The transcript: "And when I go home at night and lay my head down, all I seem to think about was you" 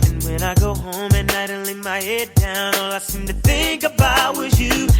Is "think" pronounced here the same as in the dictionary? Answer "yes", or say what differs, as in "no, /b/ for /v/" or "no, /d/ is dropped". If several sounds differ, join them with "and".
yes